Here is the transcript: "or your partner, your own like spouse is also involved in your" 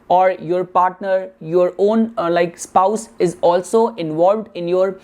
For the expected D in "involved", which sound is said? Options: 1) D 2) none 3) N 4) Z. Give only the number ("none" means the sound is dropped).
1